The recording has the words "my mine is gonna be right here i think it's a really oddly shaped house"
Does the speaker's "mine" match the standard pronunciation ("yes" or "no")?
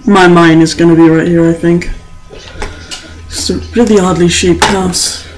yes